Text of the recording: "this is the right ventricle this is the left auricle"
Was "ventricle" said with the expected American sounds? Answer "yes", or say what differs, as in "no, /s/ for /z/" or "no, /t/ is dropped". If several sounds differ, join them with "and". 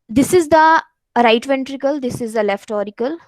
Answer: yes